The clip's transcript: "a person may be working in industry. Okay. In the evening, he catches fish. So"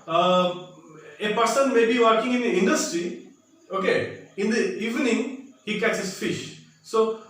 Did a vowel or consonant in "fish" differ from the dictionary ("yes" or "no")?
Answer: no